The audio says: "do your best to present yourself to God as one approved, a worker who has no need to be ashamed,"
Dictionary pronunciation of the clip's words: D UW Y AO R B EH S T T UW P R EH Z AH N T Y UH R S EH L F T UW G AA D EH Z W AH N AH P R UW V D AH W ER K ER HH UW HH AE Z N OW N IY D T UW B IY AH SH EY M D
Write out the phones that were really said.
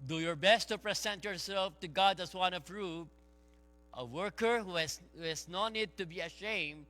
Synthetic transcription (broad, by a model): D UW Y AO R B EH S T T UW P R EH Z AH N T Y UH R S EH L F T UW G AA D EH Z W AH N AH F R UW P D AH W ER K ER HH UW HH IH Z N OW N IY D T UW B IY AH SH EY M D